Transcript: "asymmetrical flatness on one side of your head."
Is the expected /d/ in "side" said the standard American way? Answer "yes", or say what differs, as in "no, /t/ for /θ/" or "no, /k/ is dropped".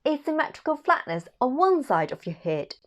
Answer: yes